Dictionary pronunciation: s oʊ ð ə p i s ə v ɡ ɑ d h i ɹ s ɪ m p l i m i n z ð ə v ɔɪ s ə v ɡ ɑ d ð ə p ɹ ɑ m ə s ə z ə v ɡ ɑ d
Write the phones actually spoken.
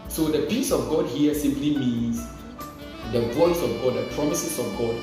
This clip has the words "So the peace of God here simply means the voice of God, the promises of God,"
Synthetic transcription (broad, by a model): s oʊ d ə p i s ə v ɡ ɑ d h i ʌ s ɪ m p l i m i n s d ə b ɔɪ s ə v ɡ ɑ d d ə p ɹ ɑ m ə s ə s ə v ɡ ɑ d